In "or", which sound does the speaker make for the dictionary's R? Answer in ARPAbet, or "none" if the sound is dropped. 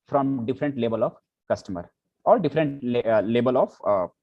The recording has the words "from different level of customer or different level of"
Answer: L